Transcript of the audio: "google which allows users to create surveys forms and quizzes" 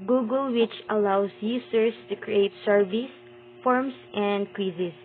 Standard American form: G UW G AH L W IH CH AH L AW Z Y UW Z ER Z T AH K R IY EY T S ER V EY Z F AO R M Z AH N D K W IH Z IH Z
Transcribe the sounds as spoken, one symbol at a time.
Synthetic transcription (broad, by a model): G UW G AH L W IH CH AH L AW S Y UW S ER S T AH K R IY EY T S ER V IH S F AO R M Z AH N D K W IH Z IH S